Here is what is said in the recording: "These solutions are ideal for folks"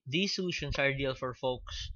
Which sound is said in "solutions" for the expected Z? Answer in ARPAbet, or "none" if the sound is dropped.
S